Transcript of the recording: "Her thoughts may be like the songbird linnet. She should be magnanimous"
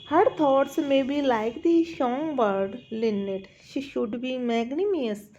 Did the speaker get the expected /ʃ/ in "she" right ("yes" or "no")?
yes